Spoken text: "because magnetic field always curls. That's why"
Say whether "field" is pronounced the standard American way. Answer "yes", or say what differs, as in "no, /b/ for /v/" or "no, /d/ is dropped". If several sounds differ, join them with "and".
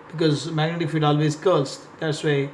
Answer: no, /l/ is dropped